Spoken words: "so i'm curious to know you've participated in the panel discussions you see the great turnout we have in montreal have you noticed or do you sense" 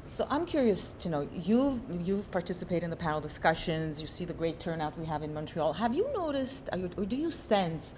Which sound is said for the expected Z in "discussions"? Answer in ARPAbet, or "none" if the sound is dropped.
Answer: Z